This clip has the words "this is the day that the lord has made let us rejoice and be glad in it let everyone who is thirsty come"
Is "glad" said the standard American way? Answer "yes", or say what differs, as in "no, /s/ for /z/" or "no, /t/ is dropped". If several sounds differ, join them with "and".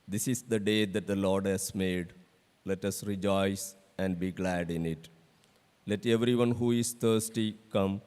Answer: yes